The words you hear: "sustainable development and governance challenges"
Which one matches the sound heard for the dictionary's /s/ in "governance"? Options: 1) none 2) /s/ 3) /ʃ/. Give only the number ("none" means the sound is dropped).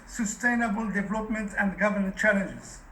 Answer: 1